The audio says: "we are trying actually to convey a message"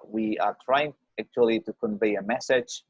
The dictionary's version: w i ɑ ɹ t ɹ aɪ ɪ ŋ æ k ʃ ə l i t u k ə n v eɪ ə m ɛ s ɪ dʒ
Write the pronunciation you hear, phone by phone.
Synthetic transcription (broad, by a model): w i ɑ ɹ t ɹ aɪ ɪ ŋ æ k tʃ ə l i t u k ə n v eɪ ə m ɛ s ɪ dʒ